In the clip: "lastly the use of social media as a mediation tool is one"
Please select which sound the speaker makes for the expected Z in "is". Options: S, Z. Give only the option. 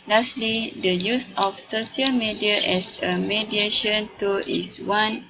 S